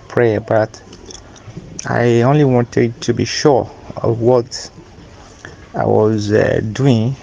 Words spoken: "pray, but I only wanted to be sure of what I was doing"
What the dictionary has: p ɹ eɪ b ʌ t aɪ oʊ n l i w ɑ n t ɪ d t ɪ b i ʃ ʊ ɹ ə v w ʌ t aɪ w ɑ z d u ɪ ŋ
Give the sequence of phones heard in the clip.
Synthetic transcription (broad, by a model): p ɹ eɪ b ʌ t aɪ oʊ n l i w ɑ n t ɪ d t ɪ b i ʃ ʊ ɹ ə v w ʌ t aɪ w ɑ z d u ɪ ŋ